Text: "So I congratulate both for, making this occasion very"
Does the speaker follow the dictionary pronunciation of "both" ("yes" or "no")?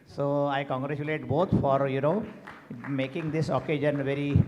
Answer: no